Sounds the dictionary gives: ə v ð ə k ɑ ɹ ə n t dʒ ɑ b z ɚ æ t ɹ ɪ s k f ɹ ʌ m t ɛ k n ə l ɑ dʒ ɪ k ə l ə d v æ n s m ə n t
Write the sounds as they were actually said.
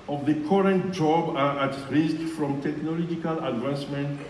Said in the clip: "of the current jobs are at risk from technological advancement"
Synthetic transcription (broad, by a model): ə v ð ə k ɑ ɹ ə n t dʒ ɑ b ɚ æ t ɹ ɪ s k f ɹ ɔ m t ɛ k n ə l ɑ dʒ ɪ k ə l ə d v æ n s m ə n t